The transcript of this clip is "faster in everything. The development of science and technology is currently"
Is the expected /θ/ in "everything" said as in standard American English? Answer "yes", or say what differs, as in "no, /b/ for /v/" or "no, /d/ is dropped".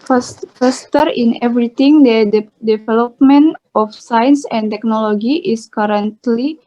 no, /t/ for /θ/